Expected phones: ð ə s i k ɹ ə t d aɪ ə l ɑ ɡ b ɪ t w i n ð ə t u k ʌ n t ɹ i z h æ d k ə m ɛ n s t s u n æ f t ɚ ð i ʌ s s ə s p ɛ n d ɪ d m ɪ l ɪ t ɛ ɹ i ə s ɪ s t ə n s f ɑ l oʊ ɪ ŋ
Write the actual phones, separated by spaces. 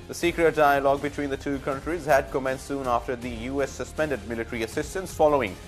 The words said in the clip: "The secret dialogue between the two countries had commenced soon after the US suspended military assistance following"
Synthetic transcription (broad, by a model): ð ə s i k ɹ ə t d aɪ ə l ɑ ɡ b ɪ t w i n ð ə t u k ʌ n t ɹ i z h æ d k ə m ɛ n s s u n æ f t ɚ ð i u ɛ s ə s p ɛ n d ɪ d m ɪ l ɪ t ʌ ɹ i ə s ɪ s t ə n s f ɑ l oʊ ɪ ŋ